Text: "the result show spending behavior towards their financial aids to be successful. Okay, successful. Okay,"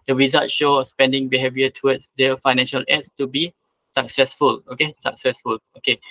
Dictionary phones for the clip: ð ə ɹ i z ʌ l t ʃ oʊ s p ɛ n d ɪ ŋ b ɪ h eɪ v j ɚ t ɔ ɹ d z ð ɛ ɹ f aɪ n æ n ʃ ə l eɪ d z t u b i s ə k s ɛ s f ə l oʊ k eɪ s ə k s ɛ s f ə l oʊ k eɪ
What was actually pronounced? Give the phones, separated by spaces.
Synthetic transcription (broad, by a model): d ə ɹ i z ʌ t ʃ oʊ s p ɛ n d ɪ ŋ b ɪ h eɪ v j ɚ t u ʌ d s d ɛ f aɪ n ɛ n ʃ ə l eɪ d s t u b i s ə k s ɛ s f ə l oʊ k eɪ s ə k s ɛ s f ə l oʊ k eɪ